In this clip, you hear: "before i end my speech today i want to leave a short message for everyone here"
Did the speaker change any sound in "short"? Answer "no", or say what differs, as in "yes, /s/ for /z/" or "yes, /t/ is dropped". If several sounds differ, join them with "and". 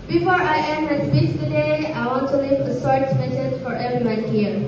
yes, /s/ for /ʃ/